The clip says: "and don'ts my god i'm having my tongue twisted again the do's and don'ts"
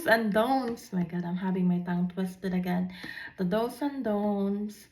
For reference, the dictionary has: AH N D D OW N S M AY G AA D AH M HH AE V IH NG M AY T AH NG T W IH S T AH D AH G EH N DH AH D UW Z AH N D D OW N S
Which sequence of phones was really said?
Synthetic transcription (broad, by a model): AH N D D OW N S M AY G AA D AH M HH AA B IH NG M AY T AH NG T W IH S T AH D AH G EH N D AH D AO S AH N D D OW N S